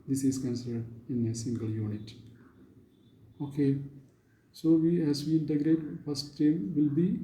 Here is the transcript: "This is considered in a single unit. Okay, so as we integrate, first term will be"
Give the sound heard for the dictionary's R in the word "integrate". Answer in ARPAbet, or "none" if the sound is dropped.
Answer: R